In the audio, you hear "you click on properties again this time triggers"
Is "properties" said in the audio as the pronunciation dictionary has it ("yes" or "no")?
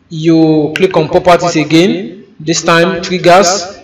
no